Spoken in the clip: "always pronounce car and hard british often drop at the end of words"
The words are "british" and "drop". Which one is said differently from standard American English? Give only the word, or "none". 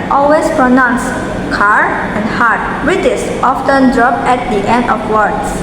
british